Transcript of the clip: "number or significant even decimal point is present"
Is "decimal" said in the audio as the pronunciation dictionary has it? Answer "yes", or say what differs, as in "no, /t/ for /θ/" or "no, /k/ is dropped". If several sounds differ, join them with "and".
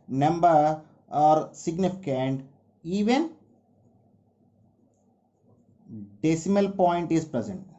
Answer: yes